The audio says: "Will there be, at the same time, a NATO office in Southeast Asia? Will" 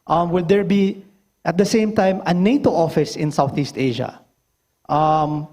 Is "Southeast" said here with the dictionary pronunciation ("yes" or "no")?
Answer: yes